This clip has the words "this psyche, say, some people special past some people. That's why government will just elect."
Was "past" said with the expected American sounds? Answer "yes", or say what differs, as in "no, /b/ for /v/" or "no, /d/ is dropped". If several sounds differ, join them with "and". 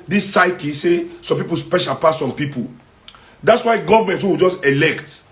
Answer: no, /s/ is dropped